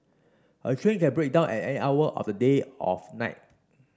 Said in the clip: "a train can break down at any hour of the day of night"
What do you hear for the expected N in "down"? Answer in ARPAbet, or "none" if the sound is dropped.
N